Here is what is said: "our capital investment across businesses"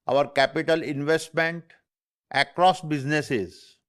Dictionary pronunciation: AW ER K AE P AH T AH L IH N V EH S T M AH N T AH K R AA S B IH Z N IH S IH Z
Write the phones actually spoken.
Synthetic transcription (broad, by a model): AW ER K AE P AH T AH L IH N V EH S T M AH N T AH K R AA S B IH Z N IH S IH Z